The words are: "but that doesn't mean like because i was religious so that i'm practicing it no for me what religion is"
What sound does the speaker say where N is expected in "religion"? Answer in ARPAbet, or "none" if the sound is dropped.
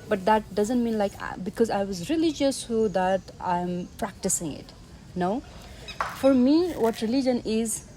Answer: N